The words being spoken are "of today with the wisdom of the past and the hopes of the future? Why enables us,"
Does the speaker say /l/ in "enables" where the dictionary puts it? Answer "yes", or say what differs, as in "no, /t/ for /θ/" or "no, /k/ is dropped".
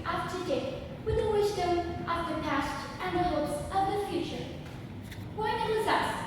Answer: no, /l/ is dropped